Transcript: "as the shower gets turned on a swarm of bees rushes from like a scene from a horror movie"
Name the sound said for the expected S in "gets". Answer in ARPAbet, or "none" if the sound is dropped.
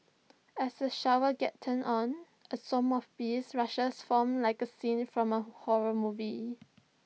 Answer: none